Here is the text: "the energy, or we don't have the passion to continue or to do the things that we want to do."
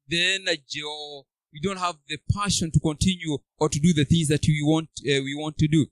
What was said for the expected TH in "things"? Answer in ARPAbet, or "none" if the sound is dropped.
TH